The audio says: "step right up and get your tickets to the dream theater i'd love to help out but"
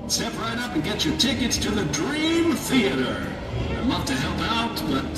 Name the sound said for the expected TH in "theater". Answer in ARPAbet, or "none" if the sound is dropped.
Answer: TH